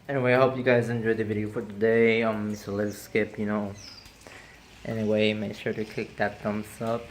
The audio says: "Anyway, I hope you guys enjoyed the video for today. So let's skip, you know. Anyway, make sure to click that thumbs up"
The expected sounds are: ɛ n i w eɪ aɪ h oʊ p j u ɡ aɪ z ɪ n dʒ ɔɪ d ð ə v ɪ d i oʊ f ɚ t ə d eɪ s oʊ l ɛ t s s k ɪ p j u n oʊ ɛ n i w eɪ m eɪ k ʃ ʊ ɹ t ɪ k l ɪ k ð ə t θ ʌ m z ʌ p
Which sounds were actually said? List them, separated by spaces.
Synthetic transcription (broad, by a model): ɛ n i w eɪ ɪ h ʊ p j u ɡ aɪ z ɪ n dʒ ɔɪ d ð ə v ɪ d i oʊ f ɚ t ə d eɪ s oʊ l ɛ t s s k ɪ p j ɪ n oʊ ɛ n i w eɪ m eɪ k ʃ ʊ ɹ t ɪ k ɪ k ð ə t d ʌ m s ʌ p